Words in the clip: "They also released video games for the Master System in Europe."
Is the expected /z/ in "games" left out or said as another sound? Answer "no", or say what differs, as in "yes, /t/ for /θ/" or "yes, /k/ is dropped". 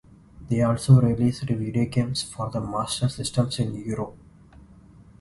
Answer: yes, /s/ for /z/